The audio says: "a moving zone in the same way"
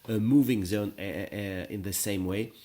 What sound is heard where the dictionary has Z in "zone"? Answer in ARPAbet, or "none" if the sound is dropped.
Z